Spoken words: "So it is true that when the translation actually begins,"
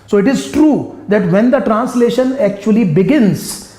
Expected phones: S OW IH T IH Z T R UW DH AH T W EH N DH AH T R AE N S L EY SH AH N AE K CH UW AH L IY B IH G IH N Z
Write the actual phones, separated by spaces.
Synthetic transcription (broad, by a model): S OW IH T IH Z T R UW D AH T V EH N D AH T R AE N S L EY SH AH N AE K CH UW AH L IY B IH G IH N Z